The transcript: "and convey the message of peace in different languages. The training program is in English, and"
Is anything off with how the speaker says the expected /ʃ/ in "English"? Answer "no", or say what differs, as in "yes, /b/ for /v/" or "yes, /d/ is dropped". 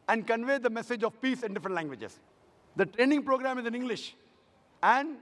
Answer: no